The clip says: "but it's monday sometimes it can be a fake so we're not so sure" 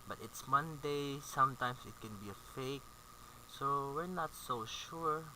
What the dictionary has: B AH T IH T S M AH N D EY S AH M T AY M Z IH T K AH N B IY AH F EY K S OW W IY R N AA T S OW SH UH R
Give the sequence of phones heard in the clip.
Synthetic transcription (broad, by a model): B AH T IH T S M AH N D EY S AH M T AY M S IH T K AH N B IY AH F EY K S OW W IY R N AA T S OW SH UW R